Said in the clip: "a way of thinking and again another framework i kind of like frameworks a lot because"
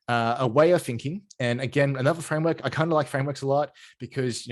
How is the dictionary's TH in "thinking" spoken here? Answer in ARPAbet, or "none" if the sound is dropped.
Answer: TH